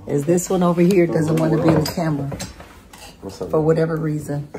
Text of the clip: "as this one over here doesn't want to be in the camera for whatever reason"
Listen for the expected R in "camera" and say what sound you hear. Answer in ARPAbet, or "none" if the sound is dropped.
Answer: L